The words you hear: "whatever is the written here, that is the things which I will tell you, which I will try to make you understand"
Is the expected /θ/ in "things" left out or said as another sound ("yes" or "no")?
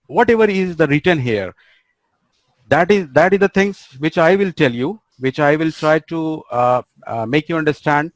yes